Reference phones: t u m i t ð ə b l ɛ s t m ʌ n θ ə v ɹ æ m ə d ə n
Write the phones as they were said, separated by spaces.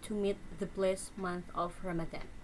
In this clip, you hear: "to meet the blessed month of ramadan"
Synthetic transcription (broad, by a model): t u m i t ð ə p l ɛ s m ʌ n θ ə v ɹ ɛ m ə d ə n